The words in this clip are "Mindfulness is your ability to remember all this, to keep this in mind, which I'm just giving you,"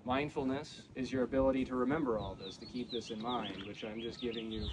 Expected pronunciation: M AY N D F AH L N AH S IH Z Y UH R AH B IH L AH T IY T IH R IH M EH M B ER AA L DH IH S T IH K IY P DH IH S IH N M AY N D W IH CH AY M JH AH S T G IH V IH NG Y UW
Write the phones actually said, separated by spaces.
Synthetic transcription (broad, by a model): M AY N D F L N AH S IH Z Y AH R AH B IH L AH T IY T IH R IH M EH M B ER AA L DH IH S T IH K IY P DH IH S IH N M AY N D W IH CH AY M JH AH S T G IH V IH NG Y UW